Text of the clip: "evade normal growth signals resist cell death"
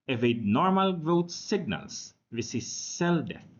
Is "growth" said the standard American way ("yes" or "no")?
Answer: no